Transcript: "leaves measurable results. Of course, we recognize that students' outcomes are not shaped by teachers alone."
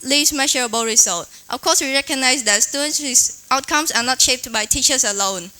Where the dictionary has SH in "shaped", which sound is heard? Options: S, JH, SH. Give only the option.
SH